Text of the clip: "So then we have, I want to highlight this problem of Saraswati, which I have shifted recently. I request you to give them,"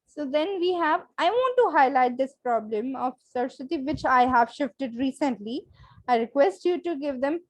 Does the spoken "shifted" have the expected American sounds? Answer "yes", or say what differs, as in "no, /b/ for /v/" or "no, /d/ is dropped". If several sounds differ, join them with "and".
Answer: yes